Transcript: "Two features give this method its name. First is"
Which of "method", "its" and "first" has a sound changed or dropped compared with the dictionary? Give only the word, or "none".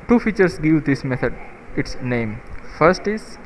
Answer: method